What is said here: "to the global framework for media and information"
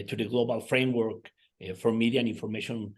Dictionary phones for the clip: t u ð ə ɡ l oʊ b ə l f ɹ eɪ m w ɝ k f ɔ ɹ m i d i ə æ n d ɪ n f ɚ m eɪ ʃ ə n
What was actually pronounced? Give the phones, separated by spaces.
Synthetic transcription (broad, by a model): t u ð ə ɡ l oʊ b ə l f ɹ eɪ m w ɝ k f ɔ ɹ m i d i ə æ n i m f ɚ m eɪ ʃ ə n